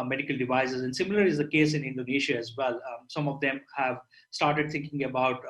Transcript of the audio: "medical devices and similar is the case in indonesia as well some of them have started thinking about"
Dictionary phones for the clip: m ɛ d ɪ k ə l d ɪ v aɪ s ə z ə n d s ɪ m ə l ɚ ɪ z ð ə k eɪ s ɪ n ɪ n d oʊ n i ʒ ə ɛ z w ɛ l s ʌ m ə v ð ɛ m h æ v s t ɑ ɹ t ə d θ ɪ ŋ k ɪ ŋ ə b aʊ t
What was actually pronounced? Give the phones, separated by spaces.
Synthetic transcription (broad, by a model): m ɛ d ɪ k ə l d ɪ v aɪ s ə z ə n d s ɪ m ə l ɚ ɪ z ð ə k eɪ s ɪ n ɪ n d oʊ n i ʃ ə ɛ z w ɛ l s ʌ m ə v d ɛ m h æ v s t ɑ ɹ t ə d t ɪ ŋ k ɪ ŋ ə b aʊ t